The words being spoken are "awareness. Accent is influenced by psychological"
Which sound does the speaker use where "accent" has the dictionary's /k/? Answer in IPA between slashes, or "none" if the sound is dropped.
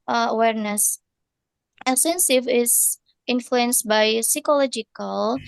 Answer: none